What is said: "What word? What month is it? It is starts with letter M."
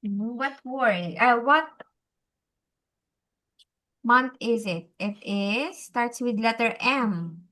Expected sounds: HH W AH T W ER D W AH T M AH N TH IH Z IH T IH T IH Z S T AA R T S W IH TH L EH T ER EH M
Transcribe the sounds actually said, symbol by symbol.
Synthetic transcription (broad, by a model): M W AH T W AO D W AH T M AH N T IH Z IH T IH T IH Z S T AA R T S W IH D L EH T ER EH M